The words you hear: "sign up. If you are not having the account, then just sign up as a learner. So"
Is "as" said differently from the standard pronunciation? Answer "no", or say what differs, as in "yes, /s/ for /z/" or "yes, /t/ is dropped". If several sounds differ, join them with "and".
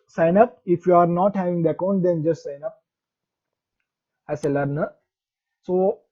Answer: yes, /s/ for /z/